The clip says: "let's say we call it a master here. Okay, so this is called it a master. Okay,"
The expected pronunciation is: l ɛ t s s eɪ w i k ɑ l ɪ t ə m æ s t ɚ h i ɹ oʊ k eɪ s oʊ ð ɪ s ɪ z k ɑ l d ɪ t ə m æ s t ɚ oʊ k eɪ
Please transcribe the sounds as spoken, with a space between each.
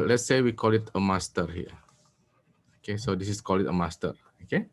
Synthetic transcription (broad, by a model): l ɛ t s s eɪ w i k ɑ l ɪ t ə m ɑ s t ɚ h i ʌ oʊ k eɪ s oʊ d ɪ s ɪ s k ɑ l ɪ t ə m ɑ s t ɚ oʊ k eɪ